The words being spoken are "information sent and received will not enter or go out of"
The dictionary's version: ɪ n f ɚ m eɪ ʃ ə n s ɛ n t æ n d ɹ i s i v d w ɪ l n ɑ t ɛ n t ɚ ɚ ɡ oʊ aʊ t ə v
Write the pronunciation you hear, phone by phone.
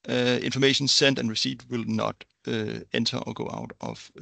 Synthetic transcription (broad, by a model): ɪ n f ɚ m eɪ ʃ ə n s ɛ n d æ n ɹ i s i d w ɪ l n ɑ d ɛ n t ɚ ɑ ɡ oʊ aʊ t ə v